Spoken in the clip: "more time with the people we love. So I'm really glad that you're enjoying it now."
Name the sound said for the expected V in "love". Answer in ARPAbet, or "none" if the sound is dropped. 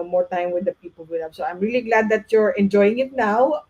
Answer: P